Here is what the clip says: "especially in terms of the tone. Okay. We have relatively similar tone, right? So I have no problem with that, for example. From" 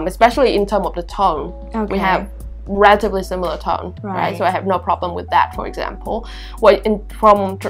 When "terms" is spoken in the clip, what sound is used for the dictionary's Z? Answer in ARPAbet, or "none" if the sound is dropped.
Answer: none